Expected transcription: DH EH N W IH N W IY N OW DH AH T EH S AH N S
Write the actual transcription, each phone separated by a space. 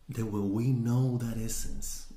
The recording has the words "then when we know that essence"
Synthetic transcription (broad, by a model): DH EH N W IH L W IY N OW DH AH T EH S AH N S